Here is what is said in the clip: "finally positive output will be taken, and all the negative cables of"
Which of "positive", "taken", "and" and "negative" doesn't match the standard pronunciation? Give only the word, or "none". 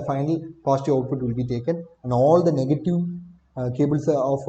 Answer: positive